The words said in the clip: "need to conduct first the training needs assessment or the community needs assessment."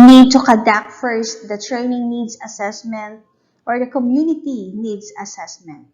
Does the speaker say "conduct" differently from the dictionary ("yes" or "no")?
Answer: yes